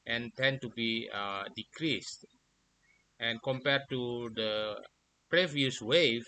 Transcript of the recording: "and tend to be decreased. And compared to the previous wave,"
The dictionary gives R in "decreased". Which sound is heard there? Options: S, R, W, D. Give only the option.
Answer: R